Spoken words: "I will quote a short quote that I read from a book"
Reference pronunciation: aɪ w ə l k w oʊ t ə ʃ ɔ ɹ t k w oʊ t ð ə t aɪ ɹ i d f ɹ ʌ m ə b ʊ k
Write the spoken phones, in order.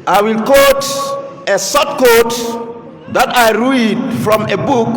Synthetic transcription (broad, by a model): aɪ w ə l k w oʊ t ə s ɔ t k oʊ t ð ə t aɪ ɹ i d f ɹ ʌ m ə b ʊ k